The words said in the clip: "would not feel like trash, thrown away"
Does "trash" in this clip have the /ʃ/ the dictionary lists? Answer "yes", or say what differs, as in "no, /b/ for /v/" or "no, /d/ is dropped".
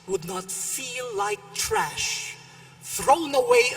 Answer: yes